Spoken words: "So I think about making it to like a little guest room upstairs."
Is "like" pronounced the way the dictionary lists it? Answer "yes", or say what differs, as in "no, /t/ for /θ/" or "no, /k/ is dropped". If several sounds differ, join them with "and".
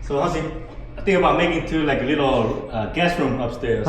yes